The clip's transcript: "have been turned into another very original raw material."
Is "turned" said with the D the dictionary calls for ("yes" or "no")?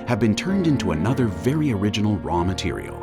yes